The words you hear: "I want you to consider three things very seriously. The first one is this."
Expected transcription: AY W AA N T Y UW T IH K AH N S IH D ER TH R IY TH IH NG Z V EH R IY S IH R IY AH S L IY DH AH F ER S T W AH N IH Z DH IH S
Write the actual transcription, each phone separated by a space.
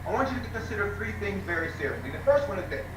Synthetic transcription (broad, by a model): AY W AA N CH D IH T IH K AH N S IH D ER TH R IY TH IH NG Z V EH R IY S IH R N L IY DH AH F ER S T W AH N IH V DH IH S